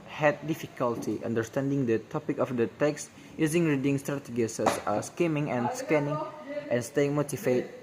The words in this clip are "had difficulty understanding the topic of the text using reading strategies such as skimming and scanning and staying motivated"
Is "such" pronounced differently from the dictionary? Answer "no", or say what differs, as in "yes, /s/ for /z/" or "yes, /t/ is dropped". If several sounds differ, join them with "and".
yes, /s/ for /tʃ/